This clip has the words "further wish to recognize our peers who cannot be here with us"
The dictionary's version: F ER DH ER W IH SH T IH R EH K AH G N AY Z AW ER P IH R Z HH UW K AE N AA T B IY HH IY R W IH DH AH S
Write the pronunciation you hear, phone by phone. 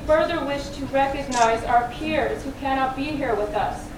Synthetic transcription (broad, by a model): F ER DH ER W IH SH T IH R EH K AH G N AY Z AW ER P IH R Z HH UW K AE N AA T B IY HH IY R W IH DH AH S